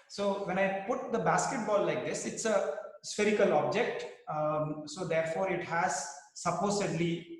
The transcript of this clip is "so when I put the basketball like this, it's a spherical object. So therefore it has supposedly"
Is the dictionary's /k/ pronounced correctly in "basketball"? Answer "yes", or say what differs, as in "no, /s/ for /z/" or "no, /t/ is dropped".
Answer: yes